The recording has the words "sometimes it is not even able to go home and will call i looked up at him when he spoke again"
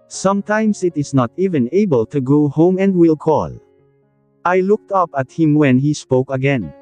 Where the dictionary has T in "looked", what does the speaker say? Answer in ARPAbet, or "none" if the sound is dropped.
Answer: T